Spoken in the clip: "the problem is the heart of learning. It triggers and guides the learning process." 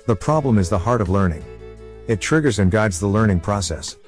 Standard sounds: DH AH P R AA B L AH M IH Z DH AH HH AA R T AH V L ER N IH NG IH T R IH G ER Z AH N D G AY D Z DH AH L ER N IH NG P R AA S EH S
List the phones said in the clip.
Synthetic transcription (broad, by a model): DH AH P R AA B L AH M IH Z DH AH HH AA R T AH V L ER N IH NG IH T R IH G ER Z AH N G AY D Z DH AH L ER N IH NG P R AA S EH S